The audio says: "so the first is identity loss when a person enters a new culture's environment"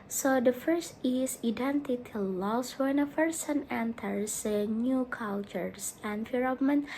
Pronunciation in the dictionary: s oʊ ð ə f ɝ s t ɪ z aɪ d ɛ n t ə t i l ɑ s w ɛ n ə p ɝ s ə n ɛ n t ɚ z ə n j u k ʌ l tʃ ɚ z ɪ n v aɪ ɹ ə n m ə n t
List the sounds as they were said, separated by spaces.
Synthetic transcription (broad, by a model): s oʊ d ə f ɝ s t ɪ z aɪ d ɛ n t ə t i l ɑ s w ɛ n ə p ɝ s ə n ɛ n t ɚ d ə n j u k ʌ l tʃ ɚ s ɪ n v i ɹ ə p m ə n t